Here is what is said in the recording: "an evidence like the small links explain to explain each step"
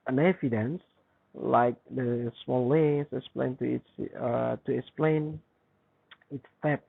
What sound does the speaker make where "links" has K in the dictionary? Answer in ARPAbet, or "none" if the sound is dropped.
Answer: none